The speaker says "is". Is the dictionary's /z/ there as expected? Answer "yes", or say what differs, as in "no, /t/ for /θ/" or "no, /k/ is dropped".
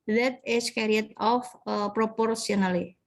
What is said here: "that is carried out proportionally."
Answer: no, /s/ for /z/